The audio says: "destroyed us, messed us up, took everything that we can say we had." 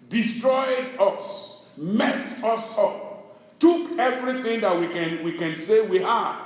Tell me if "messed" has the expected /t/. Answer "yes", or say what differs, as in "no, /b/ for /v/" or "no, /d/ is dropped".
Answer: yes